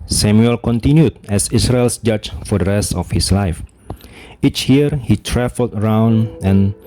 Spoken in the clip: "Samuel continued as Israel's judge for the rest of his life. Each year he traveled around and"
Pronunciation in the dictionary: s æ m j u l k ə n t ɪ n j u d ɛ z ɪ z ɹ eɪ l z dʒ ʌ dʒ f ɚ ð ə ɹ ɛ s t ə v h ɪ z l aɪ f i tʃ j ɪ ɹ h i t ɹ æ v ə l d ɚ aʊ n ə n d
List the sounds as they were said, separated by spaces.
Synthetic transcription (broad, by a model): s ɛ m j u l k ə n t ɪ n j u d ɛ s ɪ s ɹ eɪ l s dʒ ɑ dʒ f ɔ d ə ɹ ɛ s t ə f h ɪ s l aɪ f i tʃ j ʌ ɹ h i t ɹ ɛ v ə l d ɚ aʊ n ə n